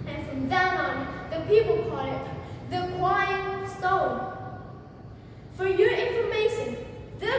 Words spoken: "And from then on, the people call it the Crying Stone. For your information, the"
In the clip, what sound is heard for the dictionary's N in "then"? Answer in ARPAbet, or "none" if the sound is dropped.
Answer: L